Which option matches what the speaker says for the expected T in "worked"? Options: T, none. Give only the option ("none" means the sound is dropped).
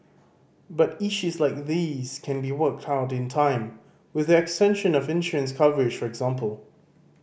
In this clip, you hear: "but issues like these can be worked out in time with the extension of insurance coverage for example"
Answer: T